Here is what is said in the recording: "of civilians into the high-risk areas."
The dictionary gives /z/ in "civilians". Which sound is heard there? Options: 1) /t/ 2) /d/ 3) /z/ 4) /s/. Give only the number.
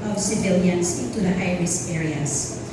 4